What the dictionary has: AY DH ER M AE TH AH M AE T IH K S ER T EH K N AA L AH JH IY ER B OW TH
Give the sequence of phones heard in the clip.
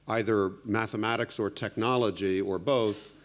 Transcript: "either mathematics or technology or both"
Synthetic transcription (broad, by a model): AY DH ER M AE TH AH M AE T IH K S ER T EH K N AA L AH JH IY ER B OW TH